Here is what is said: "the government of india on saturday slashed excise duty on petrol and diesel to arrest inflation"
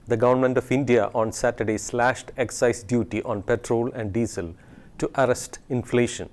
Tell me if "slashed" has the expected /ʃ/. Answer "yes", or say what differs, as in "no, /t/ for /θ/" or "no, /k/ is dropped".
yes